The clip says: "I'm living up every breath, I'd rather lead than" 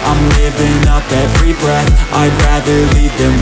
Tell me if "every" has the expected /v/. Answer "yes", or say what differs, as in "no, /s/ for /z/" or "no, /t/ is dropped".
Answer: no, /f/ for /v/